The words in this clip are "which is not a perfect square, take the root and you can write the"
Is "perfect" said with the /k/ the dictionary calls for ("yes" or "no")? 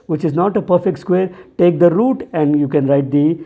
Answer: yes